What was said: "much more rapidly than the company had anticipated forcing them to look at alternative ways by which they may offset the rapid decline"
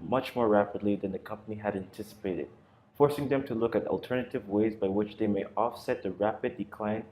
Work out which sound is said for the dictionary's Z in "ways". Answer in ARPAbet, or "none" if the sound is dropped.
Z